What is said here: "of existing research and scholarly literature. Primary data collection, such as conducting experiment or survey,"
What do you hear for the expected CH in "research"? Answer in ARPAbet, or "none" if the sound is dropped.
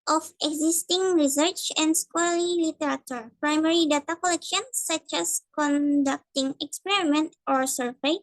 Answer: CH